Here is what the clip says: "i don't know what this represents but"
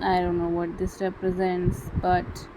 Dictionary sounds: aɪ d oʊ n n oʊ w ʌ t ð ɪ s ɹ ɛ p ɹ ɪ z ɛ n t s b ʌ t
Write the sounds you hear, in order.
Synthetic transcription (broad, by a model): aɪ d oʊ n n oʊ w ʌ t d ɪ s ɹ ɛ p ɹ ɪ z ɛ n t s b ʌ t